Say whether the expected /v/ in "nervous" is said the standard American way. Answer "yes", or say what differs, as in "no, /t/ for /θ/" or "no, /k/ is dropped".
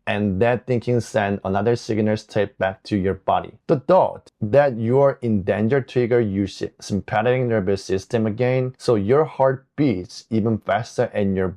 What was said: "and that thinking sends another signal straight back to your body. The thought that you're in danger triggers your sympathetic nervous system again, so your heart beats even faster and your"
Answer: no, /b/ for /v/